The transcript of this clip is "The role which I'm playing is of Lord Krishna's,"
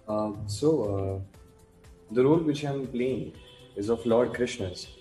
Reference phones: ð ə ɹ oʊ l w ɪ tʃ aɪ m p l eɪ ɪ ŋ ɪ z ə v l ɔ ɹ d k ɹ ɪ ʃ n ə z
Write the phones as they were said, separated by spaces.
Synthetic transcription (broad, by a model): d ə ɹ oʊ l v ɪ tʃ aɪ m p l eɪ ɪ ŋ ɪ z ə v l ɔ ɹ d k ɹ ɪ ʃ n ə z